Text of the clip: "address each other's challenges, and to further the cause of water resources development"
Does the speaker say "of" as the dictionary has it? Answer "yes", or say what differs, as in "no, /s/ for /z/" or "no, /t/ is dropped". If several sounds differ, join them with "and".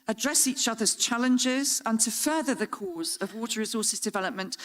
yes